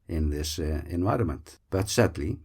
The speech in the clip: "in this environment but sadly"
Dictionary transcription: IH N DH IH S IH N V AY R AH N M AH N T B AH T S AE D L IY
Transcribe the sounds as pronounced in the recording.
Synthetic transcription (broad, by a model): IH N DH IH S IH N V AY R AH N M AH N T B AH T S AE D L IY